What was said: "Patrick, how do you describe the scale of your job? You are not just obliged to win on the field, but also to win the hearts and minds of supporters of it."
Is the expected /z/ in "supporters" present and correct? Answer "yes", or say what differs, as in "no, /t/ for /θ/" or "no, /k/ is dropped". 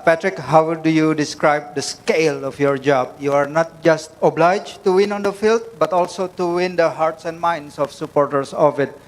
no, /s/ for /z/